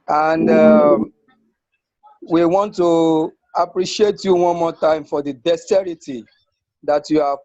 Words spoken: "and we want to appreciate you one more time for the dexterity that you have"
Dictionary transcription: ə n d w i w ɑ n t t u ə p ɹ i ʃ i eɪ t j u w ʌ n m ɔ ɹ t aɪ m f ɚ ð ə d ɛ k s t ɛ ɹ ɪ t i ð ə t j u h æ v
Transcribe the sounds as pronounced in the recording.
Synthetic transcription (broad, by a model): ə n d w i w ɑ n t t u ə p ɹ i ʃ i eɪ t j u w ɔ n m ɔ t aɪ m f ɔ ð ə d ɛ s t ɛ ɹ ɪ t i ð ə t j u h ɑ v